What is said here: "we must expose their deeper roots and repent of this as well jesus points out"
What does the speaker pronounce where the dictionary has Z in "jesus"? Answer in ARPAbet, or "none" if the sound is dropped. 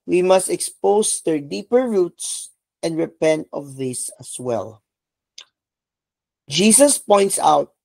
S